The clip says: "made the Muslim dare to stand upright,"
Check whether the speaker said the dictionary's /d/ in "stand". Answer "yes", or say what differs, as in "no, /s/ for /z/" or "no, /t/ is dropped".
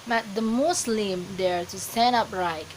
no, /d/ is dropped